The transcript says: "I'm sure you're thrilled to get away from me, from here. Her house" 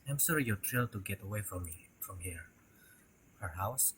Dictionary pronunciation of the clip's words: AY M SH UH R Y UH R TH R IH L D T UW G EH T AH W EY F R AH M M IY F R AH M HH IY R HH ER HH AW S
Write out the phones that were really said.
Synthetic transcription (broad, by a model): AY M S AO R Y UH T R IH L T UW G EH T AH W EY F R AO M M IY F R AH M HH IY R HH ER HH AW S